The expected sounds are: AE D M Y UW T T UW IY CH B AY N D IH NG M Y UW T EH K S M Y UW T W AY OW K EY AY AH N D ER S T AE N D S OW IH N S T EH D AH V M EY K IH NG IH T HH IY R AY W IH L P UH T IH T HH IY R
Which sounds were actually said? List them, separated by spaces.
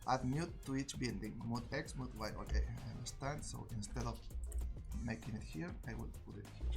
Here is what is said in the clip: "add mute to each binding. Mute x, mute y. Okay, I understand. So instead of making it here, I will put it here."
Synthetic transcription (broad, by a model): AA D M Y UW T T UW IY CH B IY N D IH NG M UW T EH K S M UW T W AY OW K EY AY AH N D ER S T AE N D S OW IH N S T EH D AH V M EY K IH NG IH T HH IY R AY W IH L P UH T IH T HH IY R